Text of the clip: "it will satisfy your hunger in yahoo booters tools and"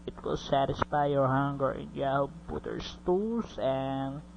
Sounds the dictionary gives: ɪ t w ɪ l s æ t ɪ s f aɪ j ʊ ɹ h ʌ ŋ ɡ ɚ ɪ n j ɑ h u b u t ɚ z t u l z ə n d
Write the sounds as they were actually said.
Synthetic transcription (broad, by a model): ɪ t w ɪ l s æ t ɪ s f aɪ j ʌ ɹ h ʌ ŋ ɡ ɚ ɪ n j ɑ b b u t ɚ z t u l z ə n